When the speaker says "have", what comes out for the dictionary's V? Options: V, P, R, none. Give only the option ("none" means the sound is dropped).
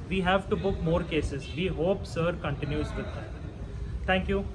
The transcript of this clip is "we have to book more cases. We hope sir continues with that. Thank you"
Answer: V